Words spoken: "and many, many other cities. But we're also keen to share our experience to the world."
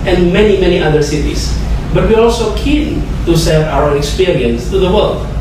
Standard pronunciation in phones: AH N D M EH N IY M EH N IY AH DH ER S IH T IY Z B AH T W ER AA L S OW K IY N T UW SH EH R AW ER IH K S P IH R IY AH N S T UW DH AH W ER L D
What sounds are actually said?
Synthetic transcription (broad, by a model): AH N M EH N IY M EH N IY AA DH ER S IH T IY S B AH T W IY AA L S OW K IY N T UW S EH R AW ER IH K S P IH R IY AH N S T UW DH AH W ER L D